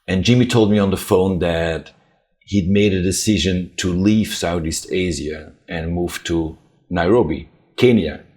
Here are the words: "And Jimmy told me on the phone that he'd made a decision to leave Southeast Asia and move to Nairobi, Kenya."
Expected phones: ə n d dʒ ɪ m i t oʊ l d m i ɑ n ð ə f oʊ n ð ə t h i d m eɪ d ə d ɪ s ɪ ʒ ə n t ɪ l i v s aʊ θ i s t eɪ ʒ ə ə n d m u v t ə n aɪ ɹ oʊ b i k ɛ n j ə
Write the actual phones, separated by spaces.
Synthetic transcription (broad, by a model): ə n dʒ ɪ m i t oʊ l d m i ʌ n ð ə f oʊ n ð ə t h i d m eɪ d ə d ɪ s ɪ ʒ ə n t ɪ l i v s aʊ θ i s t eɪ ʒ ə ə n m u v t ə n aɪ ɹ oʊ b i k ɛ n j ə